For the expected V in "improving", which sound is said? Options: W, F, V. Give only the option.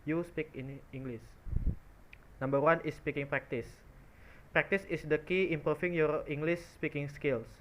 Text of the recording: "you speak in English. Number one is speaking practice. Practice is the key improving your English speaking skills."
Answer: F